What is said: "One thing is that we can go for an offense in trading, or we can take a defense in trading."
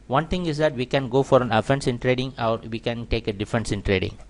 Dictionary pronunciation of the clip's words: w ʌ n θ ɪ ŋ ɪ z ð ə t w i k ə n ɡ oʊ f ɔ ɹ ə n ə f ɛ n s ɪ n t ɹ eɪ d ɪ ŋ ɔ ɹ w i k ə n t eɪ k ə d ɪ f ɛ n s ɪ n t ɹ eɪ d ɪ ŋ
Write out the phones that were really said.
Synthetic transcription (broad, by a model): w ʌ n t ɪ ŋ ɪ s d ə t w i k ə n ɡ oʊ f ɔ ɹ ə n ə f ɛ n s ɪ n t ɹ eɪ d ɪ ŋ ɔ ɹ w i k ə n t eɪ k ə d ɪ f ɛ n s ɪ n t ɹ eɪ d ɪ ŋ